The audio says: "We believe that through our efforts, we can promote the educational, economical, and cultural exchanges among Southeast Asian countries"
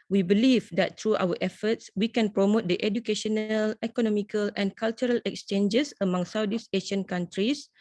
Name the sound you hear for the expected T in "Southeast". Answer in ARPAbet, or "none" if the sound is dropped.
none